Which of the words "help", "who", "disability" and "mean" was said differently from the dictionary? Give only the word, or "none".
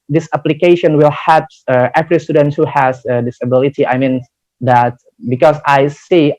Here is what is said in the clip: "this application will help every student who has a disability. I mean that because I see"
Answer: help